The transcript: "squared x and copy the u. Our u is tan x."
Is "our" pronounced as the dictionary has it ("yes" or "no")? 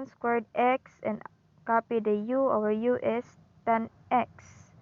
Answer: no